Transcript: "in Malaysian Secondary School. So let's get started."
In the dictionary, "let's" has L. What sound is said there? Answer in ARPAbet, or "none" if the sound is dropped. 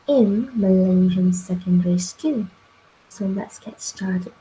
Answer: N